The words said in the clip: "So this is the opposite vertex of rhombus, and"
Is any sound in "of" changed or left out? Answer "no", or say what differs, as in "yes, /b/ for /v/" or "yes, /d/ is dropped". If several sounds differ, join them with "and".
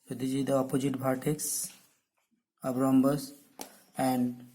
yes, /b/ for /v/